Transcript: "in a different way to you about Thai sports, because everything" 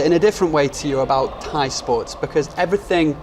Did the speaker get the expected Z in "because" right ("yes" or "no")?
yes